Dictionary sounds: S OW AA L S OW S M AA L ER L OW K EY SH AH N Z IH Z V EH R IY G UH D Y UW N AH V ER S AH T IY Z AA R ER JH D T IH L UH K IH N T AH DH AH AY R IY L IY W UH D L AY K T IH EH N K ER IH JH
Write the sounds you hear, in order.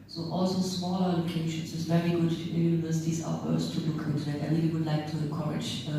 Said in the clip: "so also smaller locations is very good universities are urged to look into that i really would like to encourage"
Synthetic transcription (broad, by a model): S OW AA L S OW S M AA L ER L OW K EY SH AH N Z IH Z V EH R IY G UH D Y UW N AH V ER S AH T IY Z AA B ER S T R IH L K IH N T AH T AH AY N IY IY W UH D L AY K T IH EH K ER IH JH